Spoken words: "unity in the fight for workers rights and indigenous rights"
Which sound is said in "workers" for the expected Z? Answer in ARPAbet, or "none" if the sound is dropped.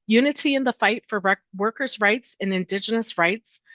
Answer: Z